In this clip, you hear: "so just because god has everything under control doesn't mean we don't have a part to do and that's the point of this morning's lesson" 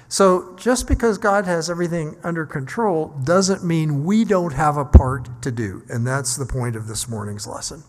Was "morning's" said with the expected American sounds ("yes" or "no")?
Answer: yes